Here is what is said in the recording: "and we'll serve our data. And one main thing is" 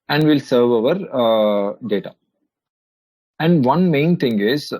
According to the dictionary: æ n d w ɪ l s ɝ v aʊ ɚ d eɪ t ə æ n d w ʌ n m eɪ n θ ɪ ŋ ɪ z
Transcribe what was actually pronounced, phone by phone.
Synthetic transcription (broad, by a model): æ n d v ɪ l s ɝ v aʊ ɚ d eɪ t ə æ n d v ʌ n m eɪ n t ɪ ŋ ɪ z